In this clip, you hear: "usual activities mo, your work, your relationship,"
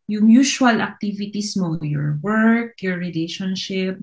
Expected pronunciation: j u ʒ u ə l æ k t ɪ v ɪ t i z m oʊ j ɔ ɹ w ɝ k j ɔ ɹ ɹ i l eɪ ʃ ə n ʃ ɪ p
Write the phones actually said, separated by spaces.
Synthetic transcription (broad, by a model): j u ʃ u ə l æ k t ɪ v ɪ t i s m oʊ j ɔ ɹ w ɝ k j ɔ ɹ ɹ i l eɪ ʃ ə n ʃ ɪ p